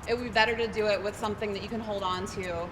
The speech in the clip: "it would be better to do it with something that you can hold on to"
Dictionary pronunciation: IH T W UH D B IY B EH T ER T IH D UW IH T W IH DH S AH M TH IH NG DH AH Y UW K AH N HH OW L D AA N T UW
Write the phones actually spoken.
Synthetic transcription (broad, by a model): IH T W B IY B EH T ER T IH D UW IH T W IH DH S AH M TH IH NG DH AH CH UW K AH N HH OW L D N T UW